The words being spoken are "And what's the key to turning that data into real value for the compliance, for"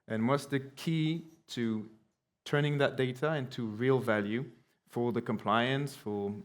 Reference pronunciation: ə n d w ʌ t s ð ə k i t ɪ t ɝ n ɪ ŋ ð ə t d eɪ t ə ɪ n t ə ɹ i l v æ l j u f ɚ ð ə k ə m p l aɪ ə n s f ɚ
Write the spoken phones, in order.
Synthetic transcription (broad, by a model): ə n w ʌ t s ð ə k i t ɪ t ɝ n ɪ ŋ ð ə t d eɪ t ə ɪ n t ə ɹ i l v æ l j u f ɚ ð ə k ə m p l aɪ ə n s f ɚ